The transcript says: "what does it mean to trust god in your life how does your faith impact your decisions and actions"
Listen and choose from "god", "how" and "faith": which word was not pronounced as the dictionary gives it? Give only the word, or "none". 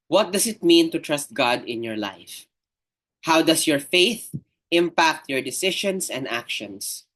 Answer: none